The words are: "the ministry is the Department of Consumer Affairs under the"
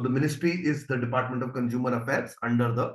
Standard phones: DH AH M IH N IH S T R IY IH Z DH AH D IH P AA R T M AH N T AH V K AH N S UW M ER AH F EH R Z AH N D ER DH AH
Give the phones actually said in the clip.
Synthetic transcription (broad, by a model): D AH M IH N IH S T R IY IH Z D AH D IH P AA R T M AH N T AH V K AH N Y UW M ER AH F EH R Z AH N D ER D AH